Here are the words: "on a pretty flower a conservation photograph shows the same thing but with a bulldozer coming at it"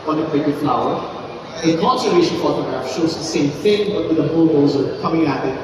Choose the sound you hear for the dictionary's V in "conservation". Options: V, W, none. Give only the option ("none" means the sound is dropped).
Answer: none